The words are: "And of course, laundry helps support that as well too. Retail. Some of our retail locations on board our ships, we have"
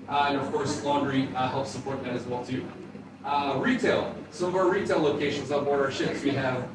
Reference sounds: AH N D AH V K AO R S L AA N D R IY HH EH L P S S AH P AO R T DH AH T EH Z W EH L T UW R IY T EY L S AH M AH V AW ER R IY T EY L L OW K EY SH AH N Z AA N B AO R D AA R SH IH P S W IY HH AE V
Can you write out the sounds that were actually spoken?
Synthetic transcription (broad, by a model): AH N AH V K AO R S L AA N D R IY HH EH L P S S AH P AO R T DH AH T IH Z W EH L T UW R IY T EY L S AH M AH V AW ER R IY T EY L L OW K EY SH AH N Z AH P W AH R AA R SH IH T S W IY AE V